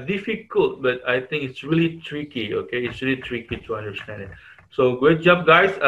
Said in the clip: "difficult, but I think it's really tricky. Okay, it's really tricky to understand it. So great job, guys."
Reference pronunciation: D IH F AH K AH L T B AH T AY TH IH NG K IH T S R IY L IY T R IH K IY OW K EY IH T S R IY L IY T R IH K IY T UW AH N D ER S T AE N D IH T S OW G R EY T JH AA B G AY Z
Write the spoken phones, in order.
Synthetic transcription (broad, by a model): D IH F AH K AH L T B AH T AY T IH NG K IH T S R IY L IY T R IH K IY OW K EY IH T S R IY L IY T R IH K IY T UW AH N D ER S T AE N D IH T S OW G EY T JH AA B G AY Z